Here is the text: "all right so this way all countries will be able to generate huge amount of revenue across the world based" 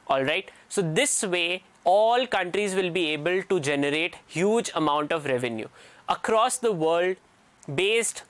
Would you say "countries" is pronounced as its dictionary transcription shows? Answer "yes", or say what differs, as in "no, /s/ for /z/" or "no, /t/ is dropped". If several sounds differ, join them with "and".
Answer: yes